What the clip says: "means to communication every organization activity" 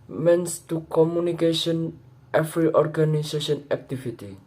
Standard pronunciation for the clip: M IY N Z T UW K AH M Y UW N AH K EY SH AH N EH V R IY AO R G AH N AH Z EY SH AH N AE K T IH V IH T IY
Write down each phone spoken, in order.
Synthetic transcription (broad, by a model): M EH N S T UW K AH M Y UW N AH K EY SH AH N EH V R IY AO R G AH N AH S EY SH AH N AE K T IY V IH T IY